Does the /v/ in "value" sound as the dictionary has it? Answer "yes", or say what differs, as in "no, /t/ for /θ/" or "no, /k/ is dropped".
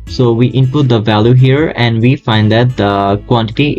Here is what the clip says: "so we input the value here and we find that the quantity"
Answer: yes